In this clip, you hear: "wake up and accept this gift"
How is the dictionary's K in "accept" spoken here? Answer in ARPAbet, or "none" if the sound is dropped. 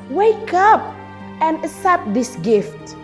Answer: none